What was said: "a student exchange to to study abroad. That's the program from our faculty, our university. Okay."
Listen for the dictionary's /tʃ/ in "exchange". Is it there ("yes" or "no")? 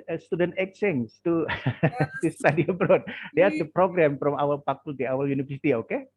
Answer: no